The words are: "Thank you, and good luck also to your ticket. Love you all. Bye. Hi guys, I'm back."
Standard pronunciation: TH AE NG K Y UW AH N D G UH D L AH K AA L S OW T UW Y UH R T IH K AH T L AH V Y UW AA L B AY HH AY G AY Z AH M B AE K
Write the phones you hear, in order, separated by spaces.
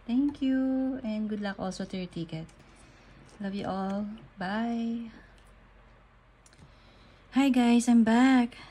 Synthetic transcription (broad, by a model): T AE NG K Y UW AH N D G UH D L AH K AA L S OW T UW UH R T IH K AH T L AH V Y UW AA L B AY HH AY G AY S AH M B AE K